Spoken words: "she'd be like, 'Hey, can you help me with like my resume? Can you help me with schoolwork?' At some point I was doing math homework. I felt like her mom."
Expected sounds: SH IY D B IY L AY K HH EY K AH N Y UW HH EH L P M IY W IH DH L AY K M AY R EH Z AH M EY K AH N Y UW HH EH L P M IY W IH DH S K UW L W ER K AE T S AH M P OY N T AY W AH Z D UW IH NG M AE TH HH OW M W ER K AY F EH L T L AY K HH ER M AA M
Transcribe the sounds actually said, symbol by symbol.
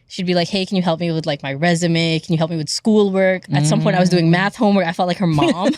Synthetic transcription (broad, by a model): SH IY D B IY L AY K HH EY K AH N Y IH HH EH L P M IY W IH DH L AY K M AY R EH Z AH M EY K N Y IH HH EH L P M IY W IH DH S K UW L W ER K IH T S AH M P OY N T AY W AH Z D UW IH NG M AE TH HH OW M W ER AY F EH L T L AY K HH ER M AA M